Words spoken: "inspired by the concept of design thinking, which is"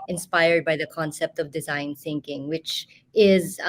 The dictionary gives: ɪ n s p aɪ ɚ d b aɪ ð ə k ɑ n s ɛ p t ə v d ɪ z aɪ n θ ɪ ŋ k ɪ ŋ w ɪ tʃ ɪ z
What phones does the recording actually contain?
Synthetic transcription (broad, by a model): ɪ n s p aɪ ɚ d b aɪ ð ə k ɑ n s ɛ p t ə v d ɪ z aɪ n θ ɪ ŋ k ɪ ŋ w ɪ tʃ ɪ z